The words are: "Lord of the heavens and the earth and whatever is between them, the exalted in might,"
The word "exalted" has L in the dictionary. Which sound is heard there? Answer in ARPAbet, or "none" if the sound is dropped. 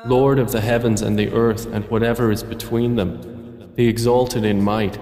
L